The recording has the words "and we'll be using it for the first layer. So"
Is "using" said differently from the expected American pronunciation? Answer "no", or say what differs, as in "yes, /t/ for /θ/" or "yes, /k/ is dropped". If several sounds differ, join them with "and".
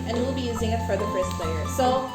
no